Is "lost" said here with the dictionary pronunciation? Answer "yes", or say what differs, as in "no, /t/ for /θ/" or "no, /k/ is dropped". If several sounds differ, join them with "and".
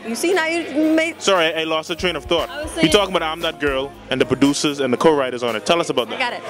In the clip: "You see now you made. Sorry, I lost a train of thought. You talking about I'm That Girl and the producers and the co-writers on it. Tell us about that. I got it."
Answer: no, /t/ is dropped